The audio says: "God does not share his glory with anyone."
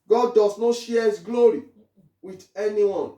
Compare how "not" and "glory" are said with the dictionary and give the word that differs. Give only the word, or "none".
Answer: none